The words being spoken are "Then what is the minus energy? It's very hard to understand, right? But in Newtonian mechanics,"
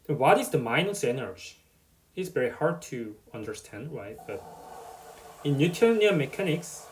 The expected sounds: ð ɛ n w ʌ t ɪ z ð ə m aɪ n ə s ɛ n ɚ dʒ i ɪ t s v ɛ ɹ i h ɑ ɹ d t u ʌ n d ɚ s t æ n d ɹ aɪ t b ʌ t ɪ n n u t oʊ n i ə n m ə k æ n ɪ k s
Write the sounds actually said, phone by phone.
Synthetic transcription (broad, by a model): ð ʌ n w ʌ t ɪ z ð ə m aɪ n ə s ɛ n ɚ dʒ i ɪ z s v ɛ ɹ i h ɑ ɹ d t u ʌ n d ɚ s t æ n d w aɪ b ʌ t ɪ n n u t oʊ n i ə m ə k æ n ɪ k s